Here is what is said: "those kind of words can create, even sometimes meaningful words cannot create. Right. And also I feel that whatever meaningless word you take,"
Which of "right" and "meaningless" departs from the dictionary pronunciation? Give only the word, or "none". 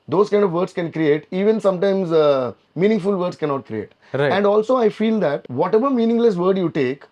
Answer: right